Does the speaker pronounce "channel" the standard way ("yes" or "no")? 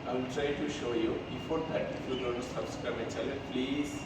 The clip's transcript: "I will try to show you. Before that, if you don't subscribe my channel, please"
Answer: no